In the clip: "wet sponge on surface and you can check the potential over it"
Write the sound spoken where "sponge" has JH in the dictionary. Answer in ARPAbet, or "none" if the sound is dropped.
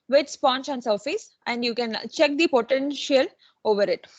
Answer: CH